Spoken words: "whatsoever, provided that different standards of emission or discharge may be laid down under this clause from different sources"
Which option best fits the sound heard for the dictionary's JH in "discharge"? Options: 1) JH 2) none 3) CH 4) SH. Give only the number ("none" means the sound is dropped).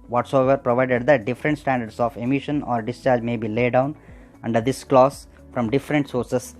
1